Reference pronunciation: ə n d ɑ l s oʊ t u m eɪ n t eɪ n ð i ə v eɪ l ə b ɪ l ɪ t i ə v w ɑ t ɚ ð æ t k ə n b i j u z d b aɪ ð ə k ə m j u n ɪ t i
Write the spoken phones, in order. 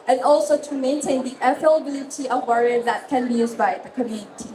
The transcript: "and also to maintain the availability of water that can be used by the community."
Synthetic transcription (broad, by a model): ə n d ɑ l s oʊ t u m eɪ n t eɪ n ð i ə f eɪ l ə b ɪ l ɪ t i ə v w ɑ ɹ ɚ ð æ t k ə n b i j u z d b aɪ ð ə k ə m j u n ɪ t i